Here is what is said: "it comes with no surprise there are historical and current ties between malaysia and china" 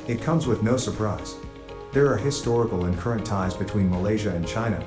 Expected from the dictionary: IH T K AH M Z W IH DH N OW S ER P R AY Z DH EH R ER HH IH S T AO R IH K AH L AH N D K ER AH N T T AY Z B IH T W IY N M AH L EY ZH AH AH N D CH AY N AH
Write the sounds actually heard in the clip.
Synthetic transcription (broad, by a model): IH T K AH M Z W IH DH N OW S ER P R AY Z DH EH R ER HH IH S T AO R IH K L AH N K ER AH N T T AY Z B IH T W IY N M AH L EY ZH AH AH N CH AY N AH